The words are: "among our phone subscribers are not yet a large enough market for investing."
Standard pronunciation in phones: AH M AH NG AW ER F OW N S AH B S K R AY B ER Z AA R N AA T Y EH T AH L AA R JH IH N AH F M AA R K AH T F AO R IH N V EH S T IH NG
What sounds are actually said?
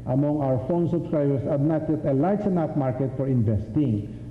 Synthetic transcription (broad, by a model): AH M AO NG AW ER F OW N S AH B S K R AY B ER S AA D N AA T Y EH T AH L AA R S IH N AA P M AA R K AH T F AO R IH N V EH S T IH NG